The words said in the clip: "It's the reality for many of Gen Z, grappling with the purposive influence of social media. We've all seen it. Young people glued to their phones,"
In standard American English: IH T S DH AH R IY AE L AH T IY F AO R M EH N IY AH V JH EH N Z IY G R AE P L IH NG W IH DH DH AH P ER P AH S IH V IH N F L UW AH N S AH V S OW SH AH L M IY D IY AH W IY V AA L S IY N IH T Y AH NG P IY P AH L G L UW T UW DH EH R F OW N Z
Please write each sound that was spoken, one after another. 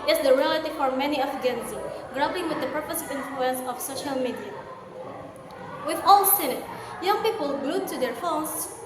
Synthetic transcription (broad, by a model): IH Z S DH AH R IY AE L AH T IY F AO R M EH N IY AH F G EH N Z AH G R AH B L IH NG W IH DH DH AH P ER P AH S IH V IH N F L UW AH N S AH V S OW SH AH L M IY D IY AH W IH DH AA L S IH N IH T Y AH NG P IY P AH L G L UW T UW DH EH R F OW N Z